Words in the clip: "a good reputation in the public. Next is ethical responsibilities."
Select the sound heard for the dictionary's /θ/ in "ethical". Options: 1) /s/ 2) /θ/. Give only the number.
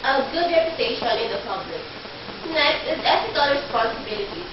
1